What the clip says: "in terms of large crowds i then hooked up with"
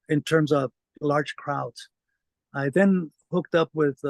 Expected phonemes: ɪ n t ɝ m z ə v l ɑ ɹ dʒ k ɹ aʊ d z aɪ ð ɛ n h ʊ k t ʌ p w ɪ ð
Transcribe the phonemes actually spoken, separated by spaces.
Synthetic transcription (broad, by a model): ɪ n t ɝ m z ə v l ɑ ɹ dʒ k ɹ aʊ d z aɪ ð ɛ n h ʊ k t ʌ p w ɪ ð